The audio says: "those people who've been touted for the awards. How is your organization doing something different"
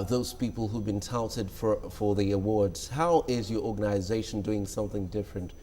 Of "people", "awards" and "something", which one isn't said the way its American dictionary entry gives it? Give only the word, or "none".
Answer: none